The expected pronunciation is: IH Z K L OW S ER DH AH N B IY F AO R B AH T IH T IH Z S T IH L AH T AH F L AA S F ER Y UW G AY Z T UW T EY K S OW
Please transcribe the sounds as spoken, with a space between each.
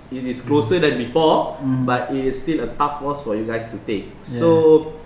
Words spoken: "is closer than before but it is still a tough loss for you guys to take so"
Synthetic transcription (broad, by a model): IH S K L OW S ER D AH N B IY F AO B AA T IH T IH S T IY L AH T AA F W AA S F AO Y UW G AY S T UW T EY K S OW